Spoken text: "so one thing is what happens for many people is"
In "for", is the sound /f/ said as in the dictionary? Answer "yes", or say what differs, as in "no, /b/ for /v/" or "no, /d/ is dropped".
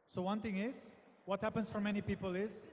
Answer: yes